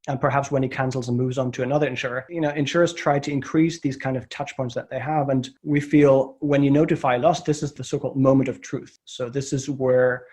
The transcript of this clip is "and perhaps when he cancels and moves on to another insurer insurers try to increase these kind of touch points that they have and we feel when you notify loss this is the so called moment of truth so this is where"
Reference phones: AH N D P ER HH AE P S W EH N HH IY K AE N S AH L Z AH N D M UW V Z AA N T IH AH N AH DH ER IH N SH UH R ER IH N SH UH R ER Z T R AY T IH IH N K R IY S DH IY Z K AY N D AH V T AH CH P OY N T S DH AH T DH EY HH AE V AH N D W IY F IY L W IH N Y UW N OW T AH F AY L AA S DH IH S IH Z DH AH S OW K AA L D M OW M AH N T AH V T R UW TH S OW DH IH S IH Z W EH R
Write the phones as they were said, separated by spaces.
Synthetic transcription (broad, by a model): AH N P ER HH AE P S W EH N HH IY K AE N S L Z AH N M UW V Z N T IH AH N AH DH ER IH N SH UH R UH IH N SH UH R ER S T R AY T IH IH N K R IY S DH IY Z K AY N D AH V T AH CH P OY N T S DH AH T DH EY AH V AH N W IY F IY L W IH N Y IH N OW T AH F AY L AA S DH IH S IH Z DH AH S OW K AA L D M OW M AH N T AH V T R UW TH S OW DH IH S IH Z W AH R